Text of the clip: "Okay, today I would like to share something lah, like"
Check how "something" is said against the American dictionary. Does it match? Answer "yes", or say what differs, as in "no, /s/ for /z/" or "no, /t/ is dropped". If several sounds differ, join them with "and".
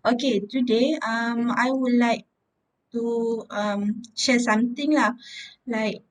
no, /t/ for /θ/